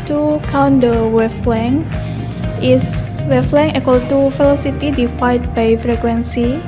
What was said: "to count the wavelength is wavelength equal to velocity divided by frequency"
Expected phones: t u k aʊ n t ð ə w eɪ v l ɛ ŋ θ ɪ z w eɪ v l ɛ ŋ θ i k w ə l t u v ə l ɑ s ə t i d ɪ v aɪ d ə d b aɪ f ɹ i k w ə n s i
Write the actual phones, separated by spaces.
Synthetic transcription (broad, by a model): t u k aʊ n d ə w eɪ f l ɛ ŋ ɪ s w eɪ f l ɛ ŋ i k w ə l t u f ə l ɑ s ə t i d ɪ f aɪ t b aɪ f ɹ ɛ k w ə n s i